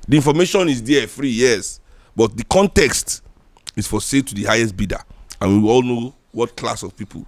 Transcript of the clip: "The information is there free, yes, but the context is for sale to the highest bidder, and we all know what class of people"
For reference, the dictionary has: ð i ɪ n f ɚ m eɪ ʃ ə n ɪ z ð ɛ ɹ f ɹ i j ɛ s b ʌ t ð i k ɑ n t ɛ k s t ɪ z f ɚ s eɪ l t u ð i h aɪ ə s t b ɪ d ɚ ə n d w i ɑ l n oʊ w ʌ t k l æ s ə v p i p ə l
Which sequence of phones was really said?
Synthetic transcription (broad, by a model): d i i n f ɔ m eɪ ʃ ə n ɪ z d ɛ f ɹ i j ɛ s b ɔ t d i k ɑ n t ɛ k s t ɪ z f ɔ s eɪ t u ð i h aɪ ə s t b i d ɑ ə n w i ɑ l n oʊ w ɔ t k l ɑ s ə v p i p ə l